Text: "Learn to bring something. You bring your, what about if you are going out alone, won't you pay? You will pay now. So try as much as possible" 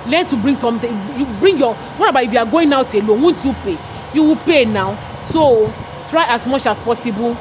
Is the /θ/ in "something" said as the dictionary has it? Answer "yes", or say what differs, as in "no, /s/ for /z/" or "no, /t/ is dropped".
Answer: no, /t/ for /θ/